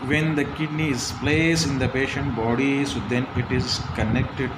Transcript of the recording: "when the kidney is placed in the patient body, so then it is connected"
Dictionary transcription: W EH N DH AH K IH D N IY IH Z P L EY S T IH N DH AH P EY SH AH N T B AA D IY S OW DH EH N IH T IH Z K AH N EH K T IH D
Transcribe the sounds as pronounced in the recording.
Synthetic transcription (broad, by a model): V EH N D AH K IH D N IY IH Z P L EY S IH N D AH P EY SH AH N T B AA D IY S OW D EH N IH T IH Z K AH N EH K T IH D